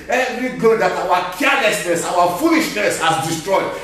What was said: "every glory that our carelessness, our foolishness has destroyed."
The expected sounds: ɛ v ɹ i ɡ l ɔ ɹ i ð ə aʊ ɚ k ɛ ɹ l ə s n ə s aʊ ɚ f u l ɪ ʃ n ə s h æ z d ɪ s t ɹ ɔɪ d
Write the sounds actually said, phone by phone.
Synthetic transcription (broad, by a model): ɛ v ɹ i ɡ ɔ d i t aʊ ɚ k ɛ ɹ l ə s n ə s aʊ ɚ f u l ɪ ʃ n ə s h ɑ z d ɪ s t ɹ ɔɪ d